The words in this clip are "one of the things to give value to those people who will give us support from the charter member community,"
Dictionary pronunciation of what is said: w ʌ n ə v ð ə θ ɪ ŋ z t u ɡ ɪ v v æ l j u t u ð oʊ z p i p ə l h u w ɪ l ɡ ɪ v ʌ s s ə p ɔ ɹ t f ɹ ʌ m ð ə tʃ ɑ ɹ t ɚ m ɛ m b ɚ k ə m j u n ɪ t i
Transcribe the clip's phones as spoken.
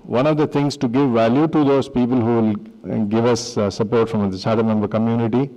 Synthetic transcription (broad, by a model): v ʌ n ə v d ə t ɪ ŋ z t u ɡ ɪ v v æ l j u t u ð oʊ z p i p ə l h u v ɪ l ɡ ɪ v ʌ s s ə p ɔ ɹ t f ɹ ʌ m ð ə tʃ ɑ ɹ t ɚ m ɛ m b ɚ k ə m j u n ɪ t i